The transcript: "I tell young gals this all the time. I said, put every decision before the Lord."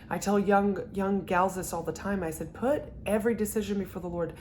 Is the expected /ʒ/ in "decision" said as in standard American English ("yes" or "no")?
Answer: yes